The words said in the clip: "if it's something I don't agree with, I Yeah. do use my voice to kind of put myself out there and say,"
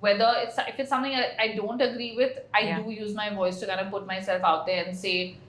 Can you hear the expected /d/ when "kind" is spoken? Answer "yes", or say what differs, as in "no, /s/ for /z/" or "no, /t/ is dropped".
no, /d/ is dropped